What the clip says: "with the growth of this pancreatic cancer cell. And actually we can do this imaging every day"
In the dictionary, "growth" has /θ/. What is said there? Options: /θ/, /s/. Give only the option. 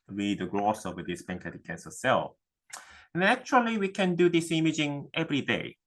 /s/